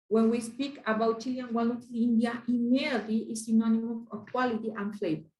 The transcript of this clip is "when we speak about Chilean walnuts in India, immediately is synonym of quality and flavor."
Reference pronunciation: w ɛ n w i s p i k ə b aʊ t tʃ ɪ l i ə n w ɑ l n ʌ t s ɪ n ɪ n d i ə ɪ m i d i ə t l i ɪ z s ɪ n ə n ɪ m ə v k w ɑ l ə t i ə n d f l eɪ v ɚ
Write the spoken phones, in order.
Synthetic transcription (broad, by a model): w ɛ n w i s p i k ə b aʊ t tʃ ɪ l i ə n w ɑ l ʌ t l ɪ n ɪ n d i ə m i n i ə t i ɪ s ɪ n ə n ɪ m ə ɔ k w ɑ l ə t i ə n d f l eɪ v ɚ